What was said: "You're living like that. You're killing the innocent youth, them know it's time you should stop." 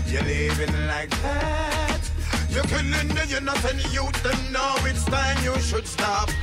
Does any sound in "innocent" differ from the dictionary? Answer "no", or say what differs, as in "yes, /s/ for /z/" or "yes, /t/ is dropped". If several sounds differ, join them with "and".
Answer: yes, /θ/ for /s/